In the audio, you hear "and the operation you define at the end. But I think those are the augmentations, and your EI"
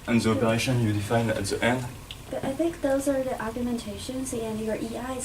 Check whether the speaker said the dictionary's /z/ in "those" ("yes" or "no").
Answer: yes